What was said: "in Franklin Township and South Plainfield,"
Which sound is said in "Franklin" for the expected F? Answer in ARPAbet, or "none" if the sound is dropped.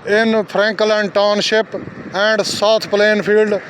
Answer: P